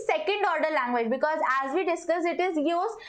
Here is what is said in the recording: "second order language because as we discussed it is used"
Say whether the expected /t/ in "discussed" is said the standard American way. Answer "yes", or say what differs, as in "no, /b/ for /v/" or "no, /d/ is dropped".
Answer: no, /t/ is dropped